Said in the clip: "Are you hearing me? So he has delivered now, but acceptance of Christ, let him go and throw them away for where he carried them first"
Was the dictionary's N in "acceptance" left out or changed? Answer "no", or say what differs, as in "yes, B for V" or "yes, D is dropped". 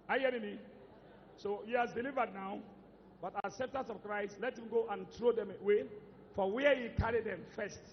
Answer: yes, N is dropped